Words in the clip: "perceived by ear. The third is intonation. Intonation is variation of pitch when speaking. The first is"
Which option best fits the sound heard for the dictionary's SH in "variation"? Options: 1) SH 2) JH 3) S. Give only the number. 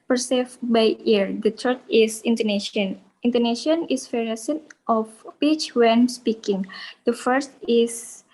3